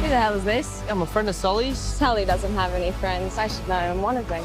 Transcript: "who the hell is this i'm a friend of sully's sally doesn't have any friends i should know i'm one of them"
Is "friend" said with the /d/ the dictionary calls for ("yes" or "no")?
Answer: yes